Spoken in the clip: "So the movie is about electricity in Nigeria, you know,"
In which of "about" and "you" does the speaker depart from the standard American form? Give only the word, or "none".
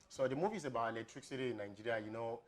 about